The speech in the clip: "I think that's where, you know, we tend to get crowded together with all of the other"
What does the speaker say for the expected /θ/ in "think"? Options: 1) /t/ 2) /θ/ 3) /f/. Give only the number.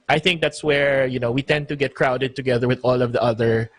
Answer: 2